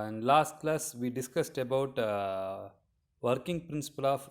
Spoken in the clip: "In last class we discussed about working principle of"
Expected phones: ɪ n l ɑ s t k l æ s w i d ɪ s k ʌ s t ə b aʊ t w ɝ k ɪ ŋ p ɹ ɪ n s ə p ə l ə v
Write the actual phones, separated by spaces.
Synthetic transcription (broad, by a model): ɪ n l ɑ s t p l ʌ s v i d ɪ s k ʌ s t ə b aʊ t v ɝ k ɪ ŋ p ɹ ɪ n s ə p ə l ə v